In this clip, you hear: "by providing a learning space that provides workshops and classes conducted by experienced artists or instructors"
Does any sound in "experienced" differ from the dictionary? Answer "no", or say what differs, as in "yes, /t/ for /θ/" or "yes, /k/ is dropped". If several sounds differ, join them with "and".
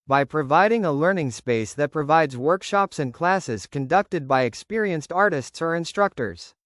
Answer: no